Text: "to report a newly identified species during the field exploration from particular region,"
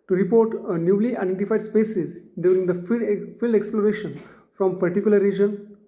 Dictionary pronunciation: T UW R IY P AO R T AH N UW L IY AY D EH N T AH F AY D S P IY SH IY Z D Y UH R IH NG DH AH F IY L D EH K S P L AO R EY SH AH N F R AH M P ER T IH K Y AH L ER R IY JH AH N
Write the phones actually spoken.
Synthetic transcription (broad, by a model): T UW R IY P AO R T AH N UW L IY AY D EH N T AH F AY D S P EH S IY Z D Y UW R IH NG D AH F IY L D EH K S P L AO R EY SH AH N F R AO M P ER T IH K Y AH L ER R IY JH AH N